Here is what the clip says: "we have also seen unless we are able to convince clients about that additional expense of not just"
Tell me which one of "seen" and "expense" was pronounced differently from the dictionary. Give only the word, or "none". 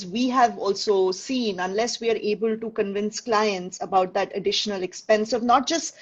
none